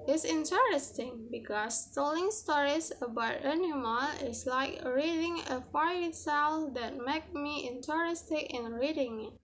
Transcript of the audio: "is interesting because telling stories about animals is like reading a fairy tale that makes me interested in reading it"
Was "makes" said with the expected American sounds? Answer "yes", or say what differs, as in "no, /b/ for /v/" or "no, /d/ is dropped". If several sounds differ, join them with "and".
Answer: no, /s/ is dropped